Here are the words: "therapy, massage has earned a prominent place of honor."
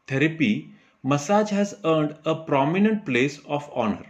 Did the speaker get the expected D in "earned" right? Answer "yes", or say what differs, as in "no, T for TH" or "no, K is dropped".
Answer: yes